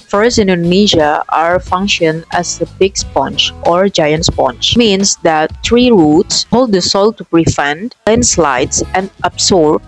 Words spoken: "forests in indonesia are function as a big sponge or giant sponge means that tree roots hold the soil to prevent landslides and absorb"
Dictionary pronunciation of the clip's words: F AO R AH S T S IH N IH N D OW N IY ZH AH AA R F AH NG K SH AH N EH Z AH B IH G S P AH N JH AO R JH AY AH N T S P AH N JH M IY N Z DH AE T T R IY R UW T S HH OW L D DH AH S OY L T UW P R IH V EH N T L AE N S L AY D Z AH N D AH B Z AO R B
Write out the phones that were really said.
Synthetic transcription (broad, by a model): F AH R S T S IH N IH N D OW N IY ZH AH AA R F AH NG K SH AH N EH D AH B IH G S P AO N CH AO R JH AY AH N T S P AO N CH M IY N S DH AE T T R IY R UW T S HH OW L D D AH S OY L T UW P R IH F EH N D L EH N S L AY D S AH N D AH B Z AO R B